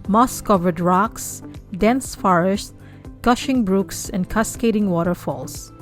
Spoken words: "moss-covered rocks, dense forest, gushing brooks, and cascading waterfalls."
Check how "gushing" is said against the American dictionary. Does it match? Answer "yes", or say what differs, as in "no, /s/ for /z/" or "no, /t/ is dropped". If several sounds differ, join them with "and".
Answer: yes